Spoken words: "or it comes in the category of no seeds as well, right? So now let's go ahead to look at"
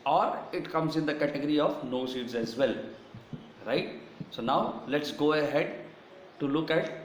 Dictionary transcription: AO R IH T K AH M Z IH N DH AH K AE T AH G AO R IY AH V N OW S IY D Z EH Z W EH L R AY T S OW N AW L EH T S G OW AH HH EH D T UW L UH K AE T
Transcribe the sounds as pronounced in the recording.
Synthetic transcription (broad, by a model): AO R IH T K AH M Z IH N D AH K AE T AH G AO R IY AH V N OW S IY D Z EH Z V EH L R AY T S OW N AW L EH T S G OW AH HH EH D T UW L UH K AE T